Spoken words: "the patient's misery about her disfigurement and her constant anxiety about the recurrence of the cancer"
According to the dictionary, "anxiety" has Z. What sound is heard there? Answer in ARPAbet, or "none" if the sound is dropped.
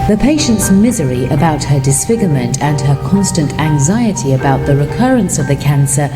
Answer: Z